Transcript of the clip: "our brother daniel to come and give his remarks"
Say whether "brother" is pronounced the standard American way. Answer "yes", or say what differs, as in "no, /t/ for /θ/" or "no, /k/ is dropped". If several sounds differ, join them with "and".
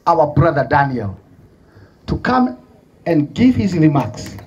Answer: yes